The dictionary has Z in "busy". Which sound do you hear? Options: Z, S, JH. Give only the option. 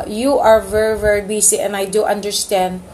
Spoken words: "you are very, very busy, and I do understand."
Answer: S